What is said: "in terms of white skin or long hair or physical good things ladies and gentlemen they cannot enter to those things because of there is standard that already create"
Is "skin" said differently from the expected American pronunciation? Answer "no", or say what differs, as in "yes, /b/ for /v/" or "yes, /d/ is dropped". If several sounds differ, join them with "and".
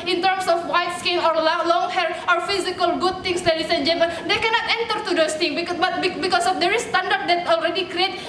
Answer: yes, /l/ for /n/